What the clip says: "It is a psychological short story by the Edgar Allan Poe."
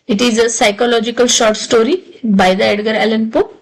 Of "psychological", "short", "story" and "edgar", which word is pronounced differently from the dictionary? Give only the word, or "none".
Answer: none